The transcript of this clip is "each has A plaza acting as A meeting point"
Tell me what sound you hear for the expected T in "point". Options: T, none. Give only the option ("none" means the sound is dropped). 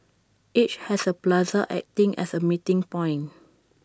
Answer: none